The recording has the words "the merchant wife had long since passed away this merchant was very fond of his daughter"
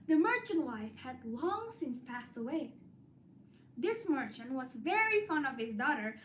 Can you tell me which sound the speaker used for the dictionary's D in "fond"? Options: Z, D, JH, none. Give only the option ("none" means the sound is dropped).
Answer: none